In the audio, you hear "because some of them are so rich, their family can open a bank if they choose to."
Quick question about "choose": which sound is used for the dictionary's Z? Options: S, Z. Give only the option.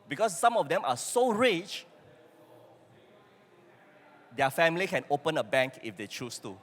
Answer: S